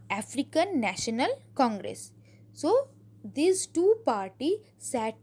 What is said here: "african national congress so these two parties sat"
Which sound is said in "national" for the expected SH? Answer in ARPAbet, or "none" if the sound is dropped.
SH